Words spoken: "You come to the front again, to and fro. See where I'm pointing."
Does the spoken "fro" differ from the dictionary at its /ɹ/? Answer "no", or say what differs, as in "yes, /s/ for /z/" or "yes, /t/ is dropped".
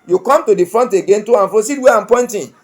yes, /ɹ/ is dropped